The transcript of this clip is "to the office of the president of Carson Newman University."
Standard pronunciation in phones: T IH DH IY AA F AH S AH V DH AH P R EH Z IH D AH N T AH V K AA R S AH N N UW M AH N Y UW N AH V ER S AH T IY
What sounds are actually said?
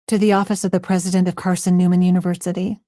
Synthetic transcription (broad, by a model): T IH DH IY AA F AH S AH V DH AH P R EH Z IH D AH N T AH V K AA R S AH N N UW M AH N Y UW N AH V ER S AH T IY